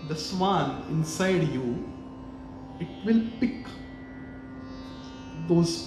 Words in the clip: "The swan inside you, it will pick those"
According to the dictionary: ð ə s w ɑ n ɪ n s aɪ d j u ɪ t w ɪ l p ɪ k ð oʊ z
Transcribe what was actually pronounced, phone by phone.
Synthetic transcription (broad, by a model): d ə s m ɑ l ɪ n s aɪ d j u ɪ t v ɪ l p ɪ k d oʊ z